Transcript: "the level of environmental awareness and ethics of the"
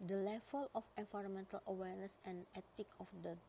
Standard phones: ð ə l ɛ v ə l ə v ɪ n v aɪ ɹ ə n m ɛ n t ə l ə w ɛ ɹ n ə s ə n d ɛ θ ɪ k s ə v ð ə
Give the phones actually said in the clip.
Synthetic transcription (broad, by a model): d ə l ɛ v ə l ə f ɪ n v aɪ ɹ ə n m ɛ n t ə l ə w ɛ ɹ n ə s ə n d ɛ t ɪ k ə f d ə